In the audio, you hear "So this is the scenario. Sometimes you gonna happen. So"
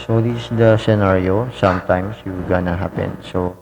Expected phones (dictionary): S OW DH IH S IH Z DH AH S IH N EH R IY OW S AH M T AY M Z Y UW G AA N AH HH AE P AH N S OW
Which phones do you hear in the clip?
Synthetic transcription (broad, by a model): S OW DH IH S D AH S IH N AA R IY OW S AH M T AY M S Y UW G AA N AH HH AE P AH N S OW